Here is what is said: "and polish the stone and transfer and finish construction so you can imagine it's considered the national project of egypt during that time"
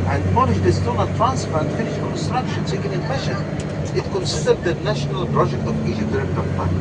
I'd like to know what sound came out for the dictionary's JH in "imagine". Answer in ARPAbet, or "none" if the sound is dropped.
SH